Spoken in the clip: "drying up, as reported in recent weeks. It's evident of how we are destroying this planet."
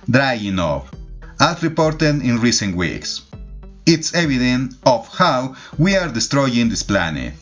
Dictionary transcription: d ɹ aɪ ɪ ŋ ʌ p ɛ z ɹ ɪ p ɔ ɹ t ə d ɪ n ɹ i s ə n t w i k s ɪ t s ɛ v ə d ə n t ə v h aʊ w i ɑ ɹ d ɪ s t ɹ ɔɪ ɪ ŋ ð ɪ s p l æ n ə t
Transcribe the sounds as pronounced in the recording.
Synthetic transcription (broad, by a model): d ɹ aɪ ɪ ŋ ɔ f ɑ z ɹ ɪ p ɔ ɹ t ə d ɪ n ɹ i s ə n t w i k s ɪ t s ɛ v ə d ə n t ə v h aʊ w i ɑ ɹ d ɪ s t ɹ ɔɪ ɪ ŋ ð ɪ s p l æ n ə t